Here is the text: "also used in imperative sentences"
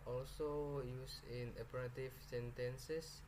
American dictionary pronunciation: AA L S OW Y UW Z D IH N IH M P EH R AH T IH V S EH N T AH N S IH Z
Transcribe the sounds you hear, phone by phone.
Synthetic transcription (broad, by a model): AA L S OW Y UW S IH N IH P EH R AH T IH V S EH N T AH N S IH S